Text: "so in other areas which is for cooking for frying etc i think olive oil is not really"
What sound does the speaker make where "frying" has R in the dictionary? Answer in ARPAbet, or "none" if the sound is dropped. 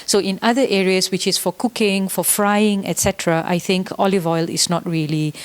R